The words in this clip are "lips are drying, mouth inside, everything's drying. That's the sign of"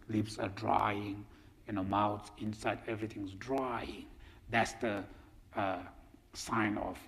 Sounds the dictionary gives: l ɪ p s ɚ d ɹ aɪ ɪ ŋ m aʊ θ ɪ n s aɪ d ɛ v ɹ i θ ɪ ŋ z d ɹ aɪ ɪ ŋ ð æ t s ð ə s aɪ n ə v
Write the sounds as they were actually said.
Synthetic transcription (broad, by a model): l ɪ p s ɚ d ɹ aɪ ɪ ŋ m aʊ s ɪ n s aɪ d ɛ v ɹ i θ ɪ ŋ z d ɹ aɪ ɪ ŋ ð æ t s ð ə s aɪ n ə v